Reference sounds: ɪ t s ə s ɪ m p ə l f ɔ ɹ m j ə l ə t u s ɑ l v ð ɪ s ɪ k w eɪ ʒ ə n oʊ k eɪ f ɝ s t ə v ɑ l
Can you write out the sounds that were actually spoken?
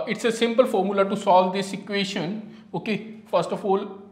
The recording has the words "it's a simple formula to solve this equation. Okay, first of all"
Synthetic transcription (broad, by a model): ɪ t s ə s ɪ m p ə l f ɔ ɹ m j ə l ə t u s ɑ l v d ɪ s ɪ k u eɪ ʃ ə n oʊ k eɪ f ɝ s t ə f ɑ l